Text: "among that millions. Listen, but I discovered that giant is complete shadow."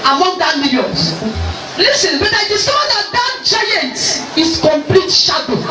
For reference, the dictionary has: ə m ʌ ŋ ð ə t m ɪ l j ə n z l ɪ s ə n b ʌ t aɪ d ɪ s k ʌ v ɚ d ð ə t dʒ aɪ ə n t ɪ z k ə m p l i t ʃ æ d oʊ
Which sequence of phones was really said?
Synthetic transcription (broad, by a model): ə m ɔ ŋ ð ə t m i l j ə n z l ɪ s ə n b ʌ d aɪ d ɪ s ɔ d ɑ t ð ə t dʒ aɪ ə n t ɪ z k ə m p l i t ʃ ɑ d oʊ